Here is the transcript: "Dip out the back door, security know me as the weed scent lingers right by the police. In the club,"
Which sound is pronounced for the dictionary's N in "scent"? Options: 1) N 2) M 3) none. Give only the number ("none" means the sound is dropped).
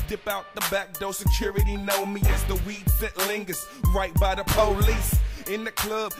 3